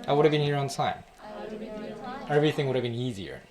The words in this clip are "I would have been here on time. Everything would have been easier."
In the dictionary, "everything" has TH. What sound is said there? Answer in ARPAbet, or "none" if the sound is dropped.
TH